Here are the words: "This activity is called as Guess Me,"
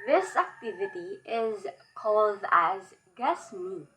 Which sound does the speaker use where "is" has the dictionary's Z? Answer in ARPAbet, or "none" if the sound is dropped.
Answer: Z